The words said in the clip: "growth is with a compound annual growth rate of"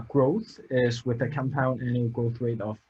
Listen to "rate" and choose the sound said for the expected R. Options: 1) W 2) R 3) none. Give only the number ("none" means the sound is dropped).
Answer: 1